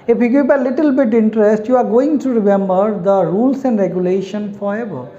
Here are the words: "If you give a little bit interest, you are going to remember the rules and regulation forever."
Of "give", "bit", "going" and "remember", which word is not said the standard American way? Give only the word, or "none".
give